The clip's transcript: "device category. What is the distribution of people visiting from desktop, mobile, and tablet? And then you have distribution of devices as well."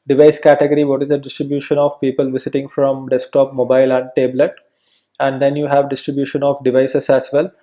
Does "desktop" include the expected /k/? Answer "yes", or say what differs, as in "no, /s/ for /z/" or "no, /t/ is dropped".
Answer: yes